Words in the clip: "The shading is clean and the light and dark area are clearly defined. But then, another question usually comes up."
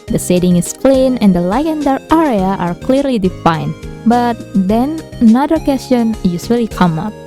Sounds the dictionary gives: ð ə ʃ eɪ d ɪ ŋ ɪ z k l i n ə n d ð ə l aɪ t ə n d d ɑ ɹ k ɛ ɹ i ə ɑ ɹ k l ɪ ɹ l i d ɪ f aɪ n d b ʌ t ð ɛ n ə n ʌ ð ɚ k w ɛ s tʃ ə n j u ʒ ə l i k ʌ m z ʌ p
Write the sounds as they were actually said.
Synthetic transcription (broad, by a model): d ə s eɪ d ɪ ŋ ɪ s k l i n ə n d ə l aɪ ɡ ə n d d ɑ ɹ ɛ ɹ i ə ɑ ɹ k l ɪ ɹ l i d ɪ f aɪ n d b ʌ t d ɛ n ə n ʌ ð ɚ k w ɛ s tʃ ə n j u s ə l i k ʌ m ʌ p